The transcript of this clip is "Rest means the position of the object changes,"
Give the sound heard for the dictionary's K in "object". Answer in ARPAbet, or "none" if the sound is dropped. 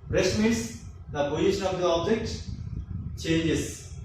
K